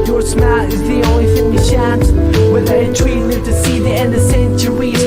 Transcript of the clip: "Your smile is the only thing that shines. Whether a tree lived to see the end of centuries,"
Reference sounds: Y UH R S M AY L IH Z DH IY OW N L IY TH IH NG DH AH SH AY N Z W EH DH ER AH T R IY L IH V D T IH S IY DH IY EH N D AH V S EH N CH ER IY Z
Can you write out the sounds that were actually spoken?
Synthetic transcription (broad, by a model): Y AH R S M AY IH Z DH IY OW N L IY F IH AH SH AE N S W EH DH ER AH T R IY L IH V T IH S IY DH IY EH N D AH V S EH N CH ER IY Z